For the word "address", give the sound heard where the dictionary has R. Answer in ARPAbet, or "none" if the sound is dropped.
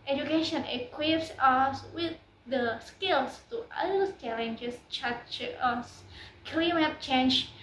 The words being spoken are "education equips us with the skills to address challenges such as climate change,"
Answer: none